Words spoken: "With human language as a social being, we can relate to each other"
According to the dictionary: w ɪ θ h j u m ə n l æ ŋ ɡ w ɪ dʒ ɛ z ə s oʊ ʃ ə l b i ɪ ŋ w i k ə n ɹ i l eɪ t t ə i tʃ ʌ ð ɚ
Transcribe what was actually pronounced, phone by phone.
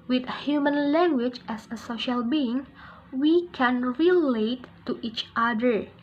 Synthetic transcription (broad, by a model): w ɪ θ h j u m ə n l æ ŋ ɡ w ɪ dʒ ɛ s ə s oʊ ʃ ə l b i ɪ ŋ w i k ə n ɹ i l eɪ t t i tʃ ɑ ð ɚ